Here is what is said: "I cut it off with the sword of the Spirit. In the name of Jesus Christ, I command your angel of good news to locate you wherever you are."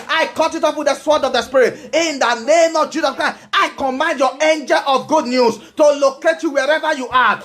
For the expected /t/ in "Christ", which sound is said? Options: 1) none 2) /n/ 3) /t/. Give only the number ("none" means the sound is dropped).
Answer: 1